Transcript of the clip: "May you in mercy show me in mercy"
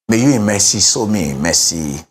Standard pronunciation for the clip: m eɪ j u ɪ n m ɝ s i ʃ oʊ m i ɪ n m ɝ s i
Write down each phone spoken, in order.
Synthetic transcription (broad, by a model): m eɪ j u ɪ m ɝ s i s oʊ m i m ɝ s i